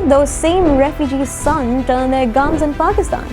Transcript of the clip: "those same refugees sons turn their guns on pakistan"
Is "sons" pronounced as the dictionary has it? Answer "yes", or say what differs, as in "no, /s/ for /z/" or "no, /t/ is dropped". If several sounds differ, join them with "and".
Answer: no, /z/ is dropped